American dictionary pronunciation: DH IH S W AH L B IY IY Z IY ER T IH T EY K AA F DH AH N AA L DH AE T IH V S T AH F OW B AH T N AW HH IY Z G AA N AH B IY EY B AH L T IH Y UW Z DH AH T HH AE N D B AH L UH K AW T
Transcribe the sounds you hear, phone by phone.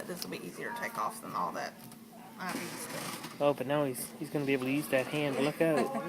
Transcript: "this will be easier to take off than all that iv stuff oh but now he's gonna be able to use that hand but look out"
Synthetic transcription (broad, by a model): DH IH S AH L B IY IY Z IY ER T IH T EY K AA F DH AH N AA L DH AE T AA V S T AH OW B AH T N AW HH IY Z G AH N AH B IY EY AH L T IH Y UW Z DH AH T HH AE N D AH L UH K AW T